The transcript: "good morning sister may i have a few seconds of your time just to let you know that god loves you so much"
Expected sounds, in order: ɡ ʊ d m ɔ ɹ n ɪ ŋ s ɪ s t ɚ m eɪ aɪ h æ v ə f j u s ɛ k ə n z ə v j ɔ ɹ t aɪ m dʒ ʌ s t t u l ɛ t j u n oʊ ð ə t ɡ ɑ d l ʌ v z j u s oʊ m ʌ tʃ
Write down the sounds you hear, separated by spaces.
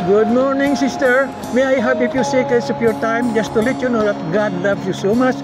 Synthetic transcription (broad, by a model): ɡ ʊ d m ɔ ɹ n ɪ ŋ s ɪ s t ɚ m eɪ aɪ h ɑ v ə p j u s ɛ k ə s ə p j ɔ ɹ t aɪ m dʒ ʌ s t t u l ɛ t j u n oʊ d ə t ɡ ɑ d l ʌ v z j u s oʊ m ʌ tʃ